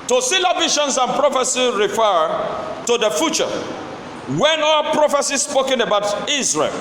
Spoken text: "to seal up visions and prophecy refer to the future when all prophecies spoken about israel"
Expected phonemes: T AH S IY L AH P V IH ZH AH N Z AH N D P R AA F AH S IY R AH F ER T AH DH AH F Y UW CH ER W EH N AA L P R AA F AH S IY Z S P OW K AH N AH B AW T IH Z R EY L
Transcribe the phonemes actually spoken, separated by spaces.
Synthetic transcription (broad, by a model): T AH S IY L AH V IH SH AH N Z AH N P R AA F AH S IY R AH F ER T AH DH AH F Y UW CH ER W EH N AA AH P R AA F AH S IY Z S P OW K AH N AH B AW T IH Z R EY L